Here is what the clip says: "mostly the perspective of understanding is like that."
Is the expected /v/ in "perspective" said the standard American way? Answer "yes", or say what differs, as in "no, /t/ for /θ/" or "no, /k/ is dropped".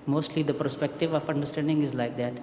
yes